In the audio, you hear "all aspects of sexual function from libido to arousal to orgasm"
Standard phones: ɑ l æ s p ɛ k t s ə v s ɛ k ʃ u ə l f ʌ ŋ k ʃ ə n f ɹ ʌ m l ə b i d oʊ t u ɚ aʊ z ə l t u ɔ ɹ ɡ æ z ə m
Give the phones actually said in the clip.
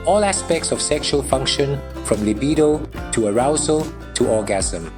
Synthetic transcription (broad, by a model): ɑ l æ s p ɛ k t s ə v s ɛ k ʃ u ə l f ʌ ŋ k ʃ ə n f ɹ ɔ m l ə b i d oʊ t u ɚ aʊ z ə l t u ɔ ɡ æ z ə m